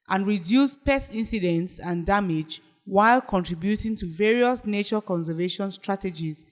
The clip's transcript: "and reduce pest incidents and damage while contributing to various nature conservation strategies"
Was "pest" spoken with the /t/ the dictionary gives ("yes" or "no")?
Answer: no